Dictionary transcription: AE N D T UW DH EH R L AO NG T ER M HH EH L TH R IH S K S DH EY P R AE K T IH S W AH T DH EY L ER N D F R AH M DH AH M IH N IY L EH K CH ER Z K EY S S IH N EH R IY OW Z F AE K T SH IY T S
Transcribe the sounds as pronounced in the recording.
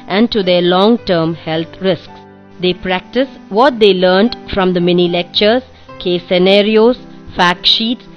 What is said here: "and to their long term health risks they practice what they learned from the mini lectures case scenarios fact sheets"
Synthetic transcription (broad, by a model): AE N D T UW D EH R L AO NG T ER M HH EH L T R IH S K S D EY P R AE K T IH S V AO T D EY L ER N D F R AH M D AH M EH N IY L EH K CH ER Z K EY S S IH N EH R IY OW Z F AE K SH IY T S